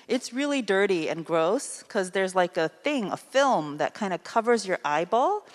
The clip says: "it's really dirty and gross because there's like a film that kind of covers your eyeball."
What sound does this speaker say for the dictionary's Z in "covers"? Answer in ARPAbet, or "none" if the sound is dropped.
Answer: Z